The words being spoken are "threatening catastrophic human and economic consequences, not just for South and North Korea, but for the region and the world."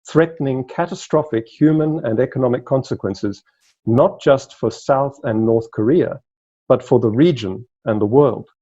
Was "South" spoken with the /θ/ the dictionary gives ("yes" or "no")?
yes